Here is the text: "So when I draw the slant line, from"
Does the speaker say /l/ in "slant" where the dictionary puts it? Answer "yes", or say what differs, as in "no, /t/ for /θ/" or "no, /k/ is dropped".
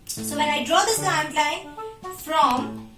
no, /l/ is dropped